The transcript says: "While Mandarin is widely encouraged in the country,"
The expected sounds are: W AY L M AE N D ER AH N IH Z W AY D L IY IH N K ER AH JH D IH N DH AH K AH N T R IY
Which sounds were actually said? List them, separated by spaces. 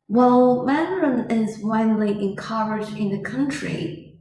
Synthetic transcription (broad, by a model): W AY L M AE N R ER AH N IH Z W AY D L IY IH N K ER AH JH IH N DH AH K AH N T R IY